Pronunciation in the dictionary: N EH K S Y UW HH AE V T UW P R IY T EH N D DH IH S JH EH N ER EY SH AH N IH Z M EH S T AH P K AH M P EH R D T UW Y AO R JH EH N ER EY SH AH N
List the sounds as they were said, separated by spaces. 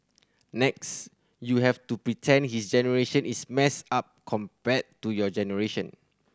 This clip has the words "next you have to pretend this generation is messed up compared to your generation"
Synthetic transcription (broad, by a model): N EH K S Y UW HH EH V T UW P R IY T EH N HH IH S JH EH N ER EY SH AH N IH S M EH S AA P K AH M P EH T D T UW Y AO JH EH N ER EY SH AH N